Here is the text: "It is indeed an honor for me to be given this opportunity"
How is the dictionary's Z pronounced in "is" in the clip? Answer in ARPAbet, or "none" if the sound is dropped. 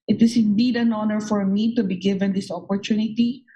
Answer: S